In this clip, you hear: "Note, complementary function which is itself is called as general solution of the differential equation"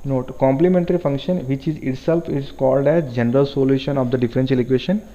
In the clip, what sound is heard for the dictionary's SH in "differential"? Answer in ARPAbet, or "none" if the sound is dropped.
S